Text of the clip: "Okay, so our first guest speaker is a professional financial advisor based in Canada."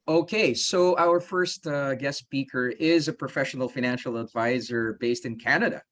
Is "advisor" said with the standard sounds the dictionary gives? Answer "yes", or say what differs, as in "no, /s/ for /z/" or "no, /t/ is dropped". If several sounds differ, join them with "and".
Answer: yes